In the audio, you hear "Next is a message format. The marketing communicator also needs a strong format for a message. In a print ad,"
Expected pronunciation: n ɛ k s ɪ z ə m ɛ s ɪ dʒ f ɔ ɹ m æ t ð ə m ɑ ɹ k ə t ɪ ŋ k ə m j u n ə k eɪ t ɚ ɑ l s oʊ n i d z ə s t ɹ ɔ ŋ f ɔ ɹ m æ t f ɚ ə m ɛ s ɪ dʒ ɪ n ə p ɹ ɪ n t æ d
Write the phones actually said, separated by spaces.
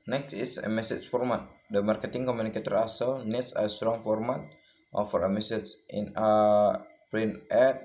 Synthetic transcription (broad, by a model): n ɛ k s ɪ s ə m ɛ s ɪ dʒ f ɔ ɹ m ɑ t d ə m ɑ ɹ k ə t ɪ ŋ k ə m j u n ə k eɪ t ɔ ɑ s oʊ n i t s ə s t ɹ ɔ ŋ f ɔ ɹ m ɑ t f ɚ ə m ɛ s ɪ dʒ ɪ n ə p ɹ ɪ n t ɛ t